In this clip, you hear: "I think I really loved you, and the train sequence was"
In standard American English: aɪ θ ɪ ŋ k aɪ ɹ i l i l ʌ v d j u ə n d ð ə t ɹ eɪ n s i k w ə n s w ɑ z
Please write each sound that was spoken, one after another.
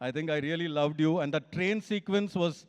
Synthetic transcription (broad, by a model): aɪ t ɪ ŋ k aɪ ɹ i l i l ʌ v d j u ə n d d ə t ɹ eɪ n s i k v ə n s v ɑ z